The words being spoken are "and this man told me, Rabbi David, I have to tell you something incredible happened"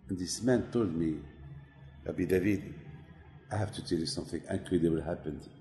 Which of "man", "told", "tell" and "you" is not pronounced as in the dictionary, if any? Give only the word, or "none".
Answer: none